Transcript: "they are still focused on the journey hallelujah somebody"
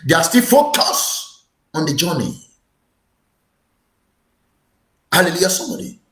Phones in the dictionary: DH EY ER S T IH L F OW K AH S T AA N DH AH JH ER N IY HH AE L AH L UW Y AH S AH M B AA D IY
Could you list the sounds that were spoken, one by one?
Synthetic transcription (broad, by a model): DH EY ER S T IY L F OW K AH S AA N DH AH JH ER N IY HH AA L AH L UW Y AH S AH M B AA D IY